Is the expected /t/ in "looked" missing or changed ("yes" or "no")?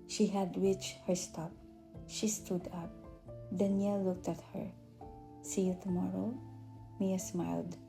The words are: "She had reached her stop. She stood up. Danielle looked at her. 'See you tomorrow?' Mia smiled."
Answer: no